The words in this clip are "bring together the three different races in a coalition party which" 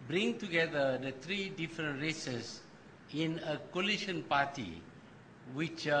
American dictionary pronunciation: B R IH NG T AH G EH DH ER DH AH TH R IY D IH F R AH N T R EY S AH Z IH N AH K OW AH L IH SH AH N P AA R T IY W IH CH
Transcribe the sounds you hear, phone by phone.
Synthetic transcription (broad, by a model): B R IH NG T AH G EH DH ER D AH T R IY D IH F R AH N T R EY S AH S IH N AH K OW L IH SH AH N P AA T IY W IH CH